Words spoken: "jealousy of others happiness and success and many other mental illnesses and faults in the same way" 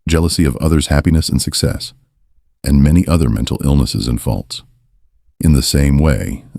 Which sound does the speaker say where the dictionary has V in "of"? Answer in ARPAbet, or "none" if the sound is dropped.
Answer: V